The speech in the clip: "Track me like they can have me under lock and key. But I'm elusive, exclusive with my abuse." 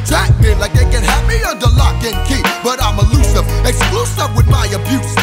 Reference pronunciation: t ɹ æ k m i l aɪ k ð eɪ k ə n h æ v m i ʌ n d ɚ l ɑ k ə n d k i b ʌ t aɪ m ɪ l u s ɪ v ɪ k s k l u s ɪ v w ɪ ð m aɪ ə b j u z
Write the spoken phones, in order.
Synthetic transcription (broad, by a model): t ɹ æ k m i l aɪ k ð eɪ k ə n h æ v m i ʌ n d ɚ l ɑ k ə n k i b ʌ t aɪ m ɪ l u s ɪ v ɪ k s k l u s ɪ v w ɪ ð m aɪ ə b j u